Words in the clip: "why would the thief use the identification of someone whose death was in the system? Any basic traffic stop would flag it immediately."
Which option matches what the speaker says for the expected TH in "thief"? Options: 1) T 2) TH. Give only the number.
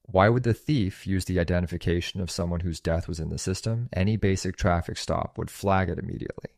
2